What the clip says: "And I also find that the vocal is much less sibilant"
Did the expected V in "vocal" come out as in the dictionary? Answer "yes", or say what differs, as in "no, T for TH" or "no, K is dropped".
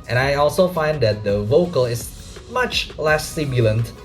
yes